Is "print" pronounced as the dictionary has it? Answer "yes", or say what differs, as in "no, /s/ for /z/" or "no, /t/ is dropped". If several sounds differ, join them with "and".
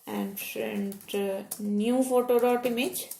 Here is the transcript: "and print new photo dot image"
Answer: no, /f/ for /p/